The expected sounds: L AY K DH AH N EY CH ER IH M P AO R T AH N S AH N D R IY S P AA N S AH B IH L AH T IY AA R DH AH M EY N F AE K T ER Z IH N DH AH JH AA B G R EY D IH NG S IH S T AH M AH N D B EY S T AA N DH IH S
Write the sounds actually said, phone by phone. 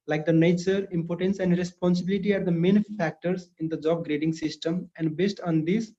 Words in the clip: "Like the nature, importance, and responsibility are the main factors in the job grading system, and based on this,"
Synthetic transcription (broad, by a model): L AY K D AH N EY CH ER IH M P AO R T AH N S AH N D R IY S P AA N S AH B IH L AH T IY AA R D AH M EY N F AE K T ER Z IH N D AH JH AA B G R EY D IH NG S IH S T AH M AH N D B EY S T AA N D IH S